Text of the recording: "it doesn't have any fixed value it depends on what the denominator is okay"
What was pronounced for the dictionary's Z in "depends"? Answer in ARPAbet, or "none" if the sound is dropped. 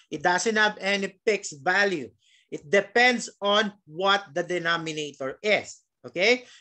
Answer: S